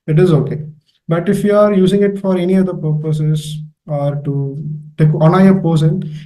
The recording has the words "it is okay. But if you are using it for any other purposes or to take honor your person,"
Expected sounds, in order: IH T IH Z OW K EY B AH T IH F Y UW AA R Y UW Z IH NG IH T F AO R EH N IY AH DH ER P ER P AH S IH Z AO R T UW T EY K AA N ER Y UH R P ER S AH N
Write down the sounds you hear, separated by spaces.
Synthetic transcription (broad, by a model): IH T IH Z OW K EY B AH T IH F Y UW AA R Y UW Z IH NG IH T F AO R EH N IY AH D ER P ER P AH S IH Z AO R T UW T EY K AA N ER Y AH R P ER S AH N